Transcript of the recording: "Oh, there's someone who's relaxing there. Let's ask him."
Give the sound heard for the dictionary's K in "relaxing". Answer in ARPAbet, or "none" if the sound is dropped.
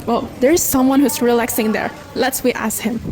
K